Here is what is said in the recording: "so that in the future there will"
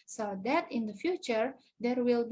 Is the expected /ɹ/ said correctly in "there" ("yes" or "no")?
yes